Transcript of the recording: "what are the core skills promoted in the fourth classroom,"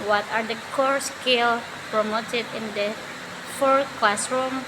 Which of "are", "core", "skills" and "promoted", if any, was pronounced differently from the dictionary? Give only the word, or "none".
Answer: skills